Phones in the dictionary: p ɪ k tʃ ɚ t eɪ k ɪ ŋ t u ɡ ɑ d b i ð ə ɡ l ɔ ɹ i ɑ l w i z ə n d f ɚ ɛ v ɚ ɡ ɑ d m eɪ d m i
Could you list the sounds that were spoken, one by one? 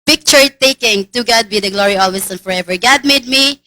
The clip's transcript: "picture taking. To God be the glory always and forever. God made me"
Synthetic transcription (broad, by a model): p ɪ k tʃ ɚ t eɪ k ɪ ŋ t u ɡ ɑ d b i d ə ɡ l ɔ ɹ i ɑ l w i s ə n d f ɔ ɛ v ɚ ɡ ɑ d m eɪ d m i